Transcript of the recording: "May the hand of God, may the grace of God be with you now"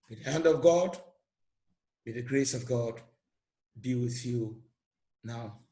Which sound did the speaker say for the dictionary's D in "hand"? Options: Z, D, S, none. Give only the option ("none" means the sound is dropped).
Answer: D